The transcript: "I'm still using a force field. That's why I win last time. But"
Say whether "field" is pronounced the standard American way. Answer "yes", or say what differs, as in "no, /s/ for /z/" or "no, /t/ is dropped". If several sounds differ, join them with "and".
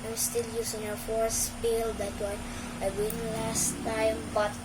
no, /p/ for /f/